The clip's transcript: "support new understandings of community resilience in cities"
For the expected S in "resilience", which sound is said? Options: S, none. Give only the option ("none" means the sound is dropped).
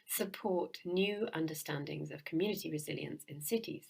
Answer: S